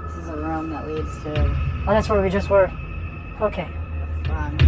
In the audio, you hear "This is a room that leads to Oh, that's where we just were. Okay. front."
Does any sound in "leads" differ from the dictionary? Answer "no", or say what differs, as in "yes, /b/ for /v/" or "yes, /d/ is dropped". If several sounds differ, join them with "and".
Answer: yes, /w/ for /l/ and /s/ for /z/